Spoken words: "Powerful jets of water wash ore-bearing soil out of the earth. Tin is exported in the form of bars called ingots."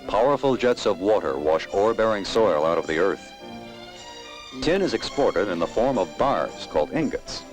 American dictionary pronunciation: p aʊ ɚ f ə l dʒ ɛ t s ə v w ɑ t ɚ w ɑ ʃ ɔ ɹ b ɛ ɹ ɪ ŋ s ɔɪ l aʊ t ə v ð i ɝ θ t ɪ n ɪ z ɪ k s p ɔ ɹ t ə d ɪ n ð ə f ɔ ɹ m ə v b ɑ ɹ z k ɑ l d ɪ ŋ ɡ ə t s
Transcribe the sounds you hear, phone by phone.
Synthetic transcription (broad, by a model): p aʊ ɚ f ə l dʒ ɛ t s ə v w ɑ t ɚ w ɑ ʃ ɔ ɹ b ɛ ɹ ɪ ŋ s ɔɪ l aʊ t ə v ð i ɝ θ t ɪ n ɪ z ɪ k s p ɔ ɹ t ə d ɪ n ð ə f ɔ ɹ m ə v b ɑ ɹ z k ɑ l d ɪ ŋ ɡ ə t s